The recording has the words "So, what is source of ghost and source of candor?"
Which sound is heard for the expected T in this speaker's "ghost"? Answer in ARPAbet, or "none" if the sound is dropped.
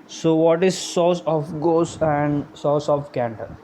none